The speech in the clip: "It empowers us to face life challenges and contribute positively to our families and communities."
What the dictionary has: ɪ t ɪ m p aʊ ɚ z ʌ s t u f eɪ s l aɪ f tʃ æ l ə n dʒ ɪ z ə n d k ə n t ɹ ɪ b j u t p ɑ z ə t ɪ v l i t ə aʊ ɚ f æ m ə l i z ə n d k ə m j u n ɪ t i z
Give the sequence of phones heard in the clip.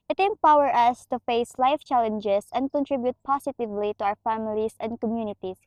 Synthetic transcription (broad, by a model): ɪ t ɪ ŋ p aʊ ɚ ʌ s t u f eɪ s l aɪ f tʃ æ l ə n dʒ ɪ s ə n d k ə n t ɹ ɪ b j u t p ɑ s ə t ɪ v l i t ə aʊ ɚ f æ m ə l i s ə n d k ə m j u n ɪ t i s